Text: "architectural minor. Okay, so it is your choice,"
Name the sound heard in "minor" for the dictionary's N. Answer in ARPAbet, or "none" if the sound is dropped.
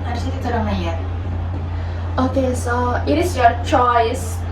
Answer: none